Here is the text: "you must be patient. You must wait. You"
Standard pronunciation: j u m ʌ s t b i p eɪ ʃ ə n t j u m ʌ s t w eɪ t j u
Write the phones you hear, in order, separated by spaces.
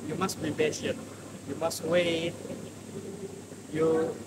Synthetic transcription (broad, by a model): j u m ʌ s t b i b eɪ s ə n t j u m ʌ s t w eɪ t j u